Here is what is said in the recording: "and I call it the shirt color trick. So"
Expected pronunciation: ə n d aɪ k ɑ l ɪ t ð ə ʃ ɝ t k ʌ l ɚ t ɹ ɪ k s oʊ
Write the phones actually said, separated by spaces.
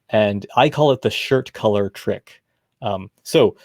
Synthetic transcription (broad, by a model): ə n aɪ k ɑ l ɪ t ð ə ʃ ɝ t k ʌ l ɚ t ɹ ɪ k s oʊ